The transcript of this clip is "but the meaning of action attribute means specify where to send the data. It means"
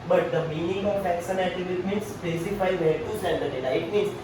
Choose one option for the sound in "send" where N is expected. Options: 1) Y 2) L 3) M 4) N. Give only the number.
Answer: 2